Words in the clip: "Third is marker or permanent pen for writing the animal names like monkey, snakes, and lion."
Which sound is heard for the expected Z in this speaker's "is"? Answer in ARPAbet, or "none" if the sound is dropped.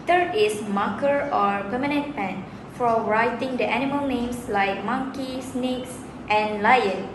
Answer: S